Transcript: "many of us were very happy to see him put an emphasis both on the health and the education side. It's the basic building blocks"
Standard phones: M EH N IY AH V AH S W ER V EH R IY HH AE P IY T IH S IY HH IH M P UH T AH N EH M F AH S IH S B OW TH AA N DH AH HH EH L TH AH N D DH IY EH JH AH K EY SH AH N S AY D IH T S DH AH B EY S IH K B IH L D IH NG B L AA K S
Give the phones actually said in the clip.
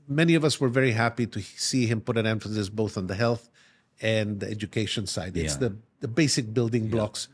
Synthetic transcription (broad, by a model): M EH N IY AH V AH S W ER V EH R IY HH AE P IY T IH S IY HH IH M P UH T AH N EH M F AH S IH S B OW TH N DH AH HH EH L TH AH N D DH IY EH JH AH K EY SH AH N S AY D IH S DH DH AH B EY S IH K B IH L D IH NG B L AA K S